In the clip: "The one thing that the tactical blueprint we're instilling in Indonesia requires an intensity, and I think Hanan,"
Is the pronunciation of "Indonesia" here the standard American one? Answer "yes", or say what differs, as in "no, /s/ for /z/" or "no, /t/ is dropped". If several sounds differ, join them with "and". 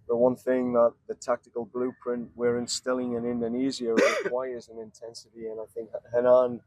no, /z/ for /ʒ/